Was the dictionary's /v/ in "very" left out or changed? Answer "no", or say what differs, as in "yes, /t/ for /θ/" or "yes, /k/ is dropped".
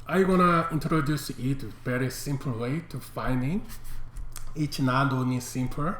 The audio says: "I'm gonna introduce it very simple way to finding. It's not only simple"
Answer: yes, /b/ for /v/